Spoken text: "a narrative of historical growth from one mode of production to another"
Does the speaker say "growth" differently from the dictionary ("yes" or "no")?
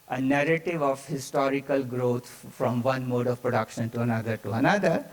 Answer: yes